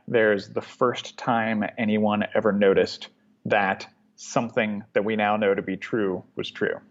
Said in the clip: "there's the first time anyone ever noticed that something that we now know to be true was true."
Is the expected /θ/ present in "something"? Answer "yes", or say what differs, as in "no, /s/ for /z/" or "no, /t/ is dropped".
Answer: yes